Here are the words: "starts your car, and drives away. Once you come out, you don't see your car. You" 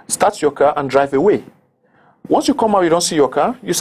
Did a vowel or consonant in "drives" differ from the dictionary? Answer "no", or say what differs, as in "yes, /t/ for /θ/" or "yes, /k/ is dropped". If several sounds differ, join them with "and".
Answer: yes, /z/ is dropped